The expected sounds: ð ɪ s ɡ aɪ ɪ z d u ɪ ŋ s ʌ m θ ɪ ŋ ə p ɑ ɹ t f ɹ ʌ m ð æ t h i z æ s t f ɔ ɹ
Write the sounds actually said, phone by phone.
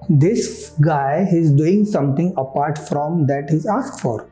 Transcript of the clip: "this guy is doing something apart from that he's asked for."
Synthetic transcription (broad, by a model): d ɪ s ɡ aɪ ɪ z d u ɪ ŋ s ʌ m t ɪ ŋ ə p ɑ ɹ t f ɹ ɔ m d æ t h i z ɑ s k f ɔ ɹ